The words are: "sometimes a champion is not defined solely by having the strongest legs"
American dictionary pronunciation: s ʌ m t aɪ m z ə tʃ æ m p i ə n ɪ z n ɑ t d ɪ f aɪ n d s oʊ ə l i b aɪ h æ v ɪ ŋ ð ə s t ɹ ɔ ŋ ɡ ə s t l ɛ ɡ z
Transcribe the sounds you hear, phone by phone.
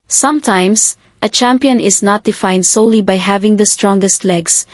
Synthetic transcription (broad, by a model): s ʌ m t aɪ m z ə tʃ æ m p i ə n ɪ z n ɑ t d ɪ f aɪ n d s oʊ ə l i b aɪ h æ v ɪ ŋ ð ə s t ɹ ɔ ŋ ɡ ə s t l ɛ ɡ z